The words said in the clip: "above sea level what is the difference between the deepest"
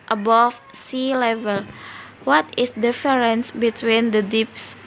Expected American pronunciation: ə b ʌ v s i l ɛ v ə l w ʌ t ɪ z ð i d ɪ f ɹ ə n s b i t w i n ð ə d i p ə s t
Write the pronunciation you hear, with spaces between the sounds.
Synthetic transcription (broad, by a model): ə b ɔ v s i l ɛ v ə l w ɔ t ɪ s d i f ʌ ɹ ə n s b i t w i n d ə d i p s